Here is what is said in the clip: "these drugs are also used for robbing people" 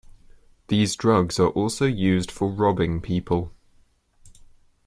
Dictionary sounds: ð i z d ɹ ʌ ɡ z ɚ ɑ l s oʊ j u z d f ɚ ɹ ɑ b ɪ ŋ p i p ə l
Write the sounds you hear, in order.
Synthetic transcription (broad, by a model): ð i z d ɹ ʌ ɡ z ɚ ɑ l s oʊ j u z d f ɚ ɹ ɑ b ɪ ŋ p i p ə l